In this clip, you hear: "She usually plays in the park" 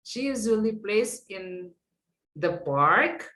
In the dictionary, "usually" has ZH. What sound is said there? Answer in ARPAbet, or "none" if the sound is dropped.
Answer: Z